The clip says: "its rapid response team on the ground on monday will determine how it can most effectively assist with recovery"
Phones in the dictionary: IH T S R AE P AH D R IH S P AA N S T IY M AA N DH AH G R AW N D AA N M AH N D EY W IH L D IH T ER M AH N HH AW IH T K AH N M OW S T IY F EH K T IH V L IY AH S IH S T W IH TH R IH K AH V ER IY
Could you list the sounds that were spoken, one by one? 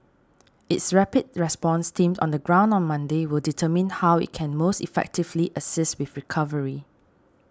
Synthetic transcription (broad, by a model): IH T S R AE P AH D R IH S P AA N S T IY M AA N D AH G R AW N D AA N M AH N D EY W IH L D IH T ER M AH N HH AW IH T K AH N M OW S T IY F EH K T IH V L IY AH S IH S T W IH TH R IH K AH V ER IY